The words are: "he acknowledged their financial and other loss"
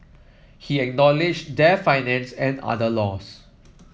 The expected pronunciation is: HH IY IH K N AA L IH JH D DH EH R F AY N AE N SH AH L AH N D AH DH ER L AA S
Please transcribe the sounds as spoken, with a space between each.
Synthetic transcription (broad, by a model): HH IY IH K N AA L IH JH D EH F AY N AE N S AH N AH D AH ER L AA S